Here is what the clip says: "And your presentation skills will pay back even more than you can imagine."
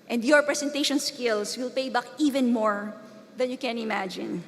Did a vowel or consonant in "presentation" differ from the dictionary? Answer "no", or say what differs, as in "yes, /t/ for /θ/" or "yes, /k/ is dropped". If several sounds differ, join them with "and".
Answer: yes, /s/ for /z/